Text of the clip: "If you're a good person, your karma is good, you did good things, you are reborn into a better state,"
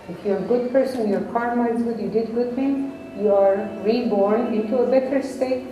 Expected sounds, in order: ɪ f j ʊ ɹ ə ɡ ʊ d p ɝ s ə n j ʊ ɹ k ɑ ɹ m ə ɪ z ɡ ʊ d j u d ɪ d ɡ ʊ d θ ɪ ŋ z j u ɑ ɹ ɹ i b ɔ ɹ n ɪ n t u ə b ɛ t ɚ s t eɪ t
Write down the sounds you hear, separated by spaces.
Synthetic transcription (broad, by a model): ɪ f j ə ɡ ʊ d p ɝ s ə n j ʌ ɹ k ɑ ɹ m ə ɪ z ɡ ʊ d j u d ɪ d ɡ ʊ d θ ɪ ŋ j u ɑ ɹ ɹ i b ɔ ɹ n ɪ n t u ə b ɛ t ɚ s t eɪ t